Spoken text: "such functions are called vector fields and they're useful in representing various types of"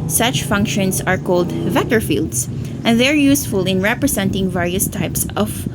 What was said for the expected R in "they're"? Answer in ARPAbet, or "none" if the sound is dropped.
R